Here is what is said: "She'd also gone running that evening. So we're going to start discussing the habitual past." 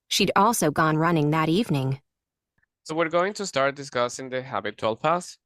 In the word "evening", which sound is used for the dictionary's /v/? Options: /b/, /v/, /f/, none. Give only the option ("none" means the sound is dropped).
/v/